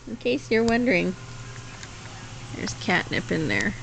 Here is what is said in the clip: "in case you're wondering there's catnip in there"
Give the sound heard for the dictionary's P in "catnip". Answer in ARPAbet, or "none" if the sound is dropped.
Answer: P